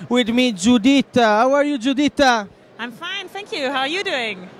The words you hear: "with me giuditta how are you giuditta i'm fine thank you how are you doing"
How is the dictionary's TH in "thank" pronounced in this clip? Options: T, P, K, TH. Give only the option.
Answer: TH